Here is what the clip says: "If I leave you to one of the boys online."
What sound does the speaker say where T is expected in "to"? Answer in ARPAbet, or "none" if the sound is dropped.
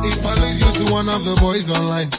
S